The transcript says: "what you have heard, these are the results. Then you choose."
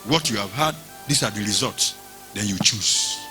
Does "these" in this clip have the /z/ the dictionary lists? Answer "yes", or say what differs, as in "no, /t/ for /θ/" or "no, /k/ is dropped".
no, /s/ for /z/